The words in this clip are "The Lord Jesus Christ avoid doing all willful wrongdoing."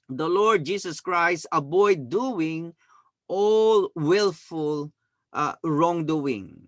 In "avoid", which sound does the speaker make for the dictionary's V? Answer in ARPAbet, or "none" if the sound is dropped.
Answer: B